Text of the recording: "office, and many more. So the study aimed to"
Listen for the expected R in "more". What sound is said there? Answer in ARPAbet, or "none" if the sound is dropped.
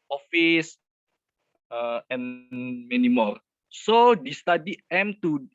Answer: L